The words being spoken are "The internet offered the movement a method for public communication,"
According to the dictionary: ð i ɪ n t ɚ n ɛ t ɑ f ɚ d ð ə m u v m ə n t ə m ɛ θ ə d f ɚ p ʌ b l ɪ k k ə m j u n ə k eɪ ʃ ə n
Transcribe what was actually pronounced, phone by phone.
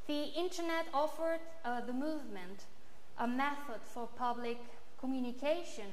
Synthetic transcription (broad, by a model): ð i ɪ n t ɚ n ɛ t ɑ f ɚ d ð ə m u v m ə n t ə m ɛ θ ə d f ɚ p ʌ b l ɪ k k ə m j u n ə k eɪ ʃ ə n